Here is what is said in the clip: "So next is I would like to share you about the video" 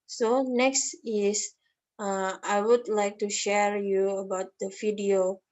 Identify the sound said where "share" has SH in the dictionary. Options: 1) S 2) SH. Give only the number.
2